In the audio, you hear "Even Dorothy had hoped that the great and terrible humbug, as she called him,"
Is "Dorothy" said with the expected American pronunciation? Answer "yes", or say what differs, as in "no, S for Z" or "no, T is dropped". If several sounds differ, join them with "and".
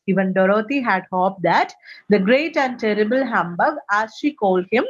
no, T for TH